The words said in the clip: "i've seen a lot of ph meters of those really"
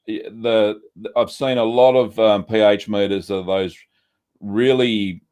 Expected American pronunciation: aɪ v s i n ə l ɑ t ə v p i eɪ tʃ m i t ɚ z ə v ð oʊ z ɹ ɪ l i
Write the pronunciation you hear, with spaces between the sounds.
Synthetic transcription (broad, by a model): aɪ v s i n ə l ɑ t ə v p i eɪ tʃ m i t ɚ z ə ð oʊ z ɹ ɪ l i